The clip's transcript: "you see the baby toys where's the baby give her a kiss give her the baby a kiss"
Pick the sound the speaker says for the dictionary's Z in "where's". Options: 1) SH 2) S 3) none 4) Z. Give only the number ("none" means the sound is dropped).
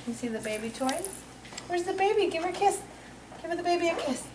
4